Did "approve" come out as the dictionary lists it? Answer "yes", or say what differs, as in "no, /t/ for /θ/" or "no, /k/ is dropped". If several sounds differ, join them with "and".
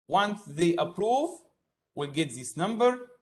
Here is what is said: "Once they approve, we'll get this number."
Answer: yes